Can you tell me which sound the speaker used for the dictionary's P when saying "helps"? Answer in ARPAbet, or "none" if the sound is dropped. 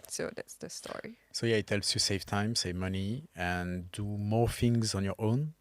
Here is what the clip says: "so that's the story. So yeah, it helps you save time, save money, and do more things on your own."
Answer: none